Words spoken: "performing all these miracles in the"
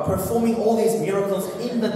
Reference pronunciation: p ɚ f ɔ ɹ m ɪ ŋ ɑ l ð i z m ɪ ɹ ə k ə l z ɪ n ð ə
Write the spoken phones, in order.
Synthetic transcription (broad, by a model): p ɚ f ɔ ɹ m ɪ ŋ ɑ l ð i z m ɪ ɹ ə k ə l z ɪ n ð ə